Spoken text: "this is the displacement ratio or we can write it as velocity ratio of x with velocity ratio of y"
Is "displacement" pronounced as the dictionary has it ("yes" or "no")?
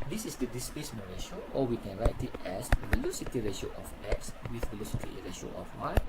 no